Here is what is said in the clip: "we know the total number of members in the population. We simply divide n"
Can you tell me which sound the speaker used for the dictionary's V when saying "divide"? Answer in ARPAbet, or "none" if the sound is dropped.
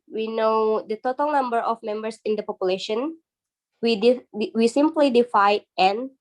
F